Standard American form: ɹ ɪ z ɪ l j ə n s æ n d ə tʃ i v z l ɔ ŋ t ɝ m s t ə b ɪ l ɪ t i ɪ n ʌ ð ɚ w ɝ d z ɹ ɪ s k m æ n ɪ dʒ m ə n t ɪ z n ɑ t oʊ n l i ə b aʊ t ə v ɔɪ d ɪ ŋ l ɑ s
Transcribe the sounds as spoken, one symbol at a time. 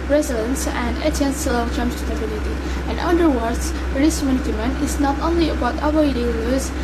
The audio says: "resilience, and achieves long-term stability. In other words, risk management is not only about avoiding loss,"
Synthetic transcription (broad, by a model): ɹ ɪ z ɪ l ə n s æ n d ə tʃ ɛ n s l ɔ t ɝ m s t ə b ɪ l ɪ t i ɪ n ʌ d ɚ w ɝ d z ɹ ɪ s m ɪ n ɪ m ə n ɪ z n ɑ t oʊ n l i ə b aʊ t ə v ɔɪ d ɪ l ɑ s